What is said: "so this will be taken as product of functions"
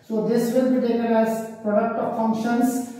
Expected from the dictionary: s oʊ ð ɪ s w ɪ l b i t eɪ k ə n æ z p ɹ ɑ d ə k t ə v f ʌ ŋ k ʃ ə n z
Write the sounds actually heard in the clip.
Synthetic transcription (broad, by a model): s oʊ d ɪ s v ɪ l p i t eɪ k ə l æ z p ɹ ɑ d ə k t ə v f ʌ ŋ k ʃ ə n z